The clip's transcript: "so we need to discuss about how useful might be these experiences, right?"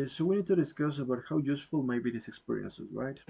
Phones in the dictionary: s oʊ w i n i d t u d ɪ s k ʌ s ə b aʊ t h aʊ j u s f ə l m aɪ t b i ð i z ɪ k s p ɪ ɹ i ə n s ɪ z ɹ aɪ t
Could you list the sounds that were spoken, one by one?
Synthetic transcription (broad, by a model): s oʊ w i n i d t u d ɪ s k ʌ s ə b aʊ t h aʊ j u s f ə l m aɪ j b i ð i s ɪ k s p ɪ ɹ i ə n s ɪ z ɹ aɪ t